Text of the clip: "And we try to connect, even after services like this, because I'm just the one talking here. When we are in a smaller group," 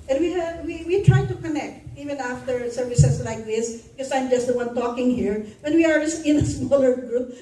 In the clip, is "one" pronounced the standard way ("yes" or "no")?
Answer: yes